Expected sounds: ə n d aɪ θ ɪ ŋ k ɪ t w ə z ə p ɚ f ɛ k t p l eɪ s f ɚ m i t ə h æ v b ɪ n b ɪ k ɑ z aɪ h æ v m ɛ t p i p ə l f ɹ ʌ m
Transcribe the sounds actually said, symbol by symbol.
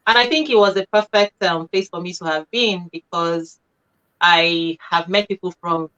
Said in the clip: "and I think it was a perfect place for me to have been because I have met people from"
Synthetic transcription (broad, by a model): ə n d aɪ θ ɪ ŋ k ɪ t w ə z ə p ɚ f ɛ k t p l eɪ s f ɚ m i t ə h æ v b ɪ n b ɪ k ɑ z aɪ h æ v m ɛ t p i p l f ɹ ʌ m